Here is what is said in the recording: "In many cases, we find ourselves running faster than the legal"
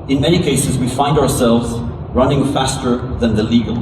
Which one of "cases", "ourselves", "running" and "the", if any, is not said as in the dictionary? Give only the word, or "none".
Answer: none